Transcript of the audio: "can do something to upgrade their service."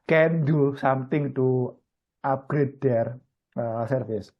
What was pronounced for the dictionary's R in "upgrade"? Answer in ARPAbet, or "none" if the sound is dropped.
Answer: R